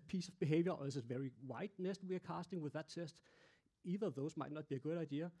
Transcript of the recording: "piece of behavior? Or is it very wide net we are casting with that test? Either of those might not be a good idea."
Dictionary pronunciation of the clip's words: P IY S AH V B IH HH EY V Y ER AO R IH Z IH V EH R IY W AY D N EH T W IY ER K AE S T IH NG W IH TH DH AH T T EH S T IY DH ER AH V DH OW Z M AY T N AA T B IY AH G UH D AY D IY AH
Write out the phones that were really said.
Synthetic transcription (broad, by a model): P IY S AH V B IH HH EY V Y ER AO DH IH S IH V EH R IY W AY D N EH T W IY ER K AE S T IH NG W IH DH AH T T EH S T IY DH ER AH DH OW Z M AY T N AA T B IY AH G UH D AY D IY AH